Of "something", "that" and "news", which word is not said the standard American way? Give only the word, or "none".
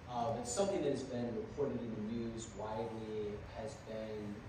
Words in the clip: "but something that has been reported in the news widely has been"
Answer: none